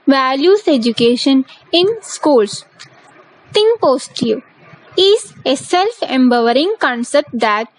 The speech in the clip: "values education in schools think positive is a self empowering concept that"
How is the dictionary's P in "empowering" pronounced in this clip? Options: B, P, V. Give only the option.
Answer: B